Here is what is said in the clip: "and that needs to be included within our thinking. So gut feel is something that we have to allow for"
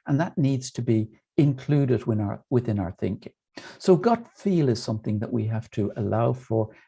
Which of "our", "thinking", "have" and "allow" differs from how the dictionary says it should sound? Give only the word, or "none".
have